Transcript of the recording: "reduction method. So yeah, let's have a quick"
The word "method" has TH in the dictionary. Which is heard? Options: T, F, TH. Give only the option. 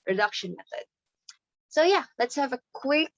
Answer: TH